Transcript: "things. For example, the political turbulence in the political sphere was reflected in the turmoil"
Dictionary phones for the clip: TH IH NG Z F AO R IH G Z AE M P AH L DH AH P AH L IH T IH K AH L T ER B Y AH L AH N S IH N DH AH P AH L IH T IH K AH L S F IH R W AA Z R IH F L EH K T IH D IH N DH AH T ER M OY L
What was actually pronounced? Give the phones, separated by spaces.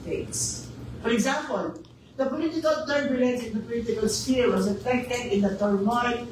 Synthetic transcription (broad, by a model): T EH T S F AO R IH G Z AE M P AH L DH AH P AH L IH T IH K AH L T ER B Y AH L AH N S IH N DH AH P AH L IH T IH K AH L S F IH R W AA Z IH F EH K T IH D IH N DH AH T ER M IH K